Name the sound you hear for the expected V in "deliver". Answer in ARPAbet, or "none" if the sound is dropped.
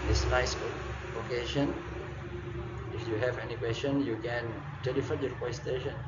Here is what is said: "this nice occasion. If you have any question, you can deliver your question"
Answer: F